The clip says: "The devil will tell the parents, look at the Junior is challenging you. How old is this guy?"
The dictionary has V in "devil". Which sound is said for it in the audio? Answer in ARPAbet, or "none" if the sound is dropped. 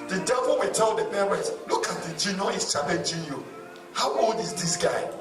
V